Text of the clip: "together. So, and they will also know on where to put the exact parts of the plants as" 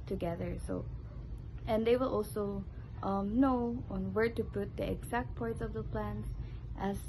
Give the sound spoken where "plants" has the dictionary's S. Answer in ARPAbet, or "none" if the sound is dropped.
none